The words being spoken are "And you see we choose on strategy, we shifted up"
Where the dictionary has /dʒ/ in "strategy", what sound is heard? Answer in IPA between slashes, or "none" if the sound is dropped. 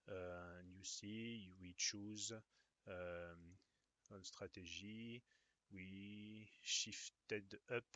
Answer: /ʒ/